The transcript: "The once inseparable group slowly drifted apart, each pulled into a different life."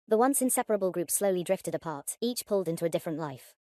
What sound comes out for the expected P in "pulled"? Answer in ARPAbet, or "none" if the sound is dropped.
P